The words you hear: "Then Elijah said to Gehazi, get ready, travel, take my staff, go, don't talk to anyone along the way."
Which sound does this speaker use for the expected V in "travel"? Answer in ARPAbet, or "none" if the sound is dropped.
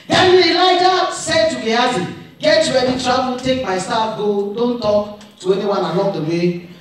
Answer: B